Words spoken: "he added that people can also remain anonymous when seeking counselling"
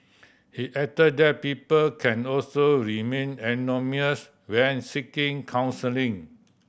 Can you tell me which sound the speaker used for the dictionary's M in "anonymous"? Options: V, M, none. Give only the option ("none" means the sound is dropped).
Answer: none